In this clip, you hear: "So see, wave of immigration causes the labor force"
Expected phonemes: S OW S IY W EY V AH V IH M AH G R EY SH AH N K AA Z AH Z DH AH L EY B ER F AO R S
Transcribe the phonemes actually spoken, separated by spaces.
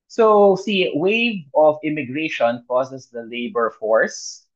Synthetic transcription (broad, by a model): S OW S IY W EY AH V IH M AH G R EY SH AH N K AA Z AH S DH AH L EY B ER F AO R S